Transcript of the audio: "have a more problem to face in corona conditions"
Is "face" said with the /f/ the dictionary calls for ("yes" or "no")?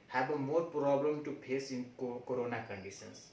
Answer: no